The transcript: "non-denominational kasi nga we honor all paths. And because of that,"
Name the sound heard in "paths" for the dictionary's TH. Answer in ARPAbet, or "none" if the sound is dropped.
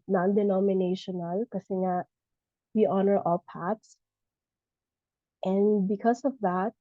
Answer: T